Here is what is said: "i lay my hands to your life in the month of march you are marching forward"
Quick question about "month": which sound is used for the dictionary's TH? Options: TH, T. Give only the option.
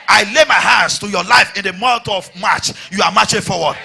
T